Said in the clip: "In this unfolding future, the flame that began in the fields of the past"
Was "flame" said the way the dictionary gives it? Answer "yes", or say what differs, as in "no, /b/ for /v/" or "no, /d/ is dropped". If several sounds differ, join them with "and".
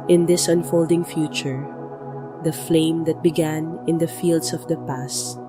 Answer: yes